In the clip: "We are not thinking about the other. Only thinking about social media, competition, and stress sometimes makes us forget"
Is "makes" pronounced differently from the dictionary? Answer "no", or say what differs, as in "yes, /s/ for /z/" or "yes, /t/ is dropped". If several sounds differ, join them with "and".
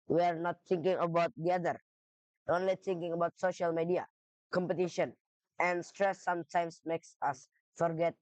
no